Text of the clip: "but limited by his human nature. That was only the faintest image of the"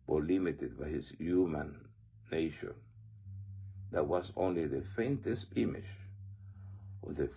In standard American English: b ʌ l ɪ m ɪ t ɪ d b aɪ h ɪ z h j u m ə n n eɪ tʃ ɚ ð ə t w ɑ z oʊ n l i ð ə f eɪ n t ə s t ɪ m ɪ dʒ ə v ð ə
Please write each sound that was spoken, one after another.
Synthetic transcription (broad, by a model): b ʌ l ɪ m ɪ t ɪ d b aɪ h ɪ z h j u m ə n n eɪ ʃ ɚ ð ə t w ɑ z oʊ n l i ð ə f eɪ n t ə s t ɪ m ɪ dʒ ə v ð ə